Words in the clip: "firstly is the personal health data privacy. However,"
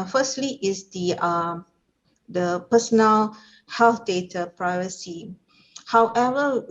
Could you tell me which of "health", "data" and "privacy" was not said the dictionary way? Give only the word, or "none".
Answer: health